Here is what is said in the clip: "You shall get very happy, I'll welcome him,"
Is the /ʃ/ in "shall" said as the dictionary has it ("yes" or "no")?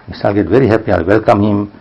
no